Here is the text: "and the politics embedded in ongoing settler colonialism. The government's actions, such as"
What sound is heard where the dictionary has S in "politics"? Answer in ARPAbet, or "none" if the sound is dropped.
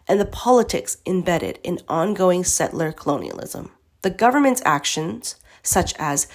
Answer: S